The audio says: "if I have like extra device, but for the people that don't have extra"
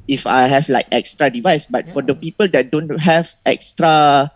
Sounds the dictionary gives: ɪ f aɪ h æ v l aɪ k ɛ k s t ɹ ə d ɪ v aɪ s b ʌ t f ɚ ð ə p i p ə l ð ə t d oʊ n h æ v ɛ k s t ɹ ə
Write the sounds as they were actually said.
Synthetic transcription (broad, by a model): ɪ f aɪ h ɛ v l aɪ k ɛ k s t ɹ ə d ɪ v aɪ s b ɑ t f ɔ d ə p i p ə l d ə t d oʊ n h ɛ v ɛ k s t ɹ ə